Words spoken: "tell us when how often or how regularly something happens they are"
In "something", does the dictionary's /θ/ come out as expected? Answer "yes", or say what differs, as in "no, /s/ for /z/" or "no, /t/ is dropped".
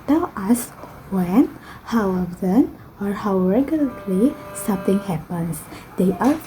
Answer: no, /t/ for /θ/